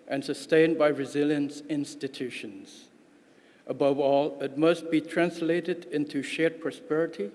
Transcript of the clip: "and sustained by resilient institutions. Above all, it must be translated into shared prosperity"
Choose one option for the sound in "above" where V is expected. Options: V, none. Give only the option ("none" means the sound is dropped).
V